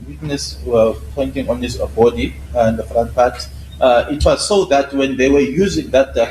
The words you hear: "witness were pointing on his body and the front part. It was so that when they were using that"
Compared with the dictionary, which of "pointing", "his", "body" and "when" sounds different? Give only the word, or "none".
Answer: his